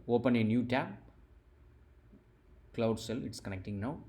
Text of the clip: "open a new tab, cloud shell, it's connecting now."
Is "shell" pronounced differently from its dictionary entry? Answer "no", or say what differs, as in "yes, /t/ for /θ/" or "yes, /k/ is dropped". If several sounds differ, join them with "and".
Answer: yes, /s/ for /ʃ/